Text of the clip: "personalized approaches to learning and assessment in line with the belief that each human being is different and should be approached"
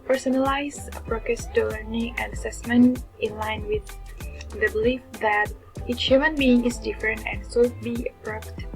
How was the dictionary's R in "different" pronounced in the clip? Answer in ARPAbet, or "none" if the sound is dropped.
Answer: R